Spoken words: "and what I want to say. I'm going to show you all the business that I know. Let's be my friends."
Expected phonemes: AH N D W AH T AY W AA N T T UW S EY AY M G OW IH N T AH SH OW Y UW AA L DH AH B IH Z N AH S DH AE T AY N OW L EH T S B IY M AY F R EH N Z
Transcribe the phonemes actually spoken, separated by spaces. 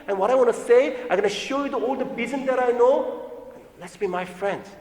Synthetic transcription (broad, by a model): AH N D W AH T AY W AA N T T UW S EY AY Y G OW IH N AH SH OW Y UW AA L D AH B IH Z AH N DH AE T AY N OW L EH T S B IY M AY F R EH N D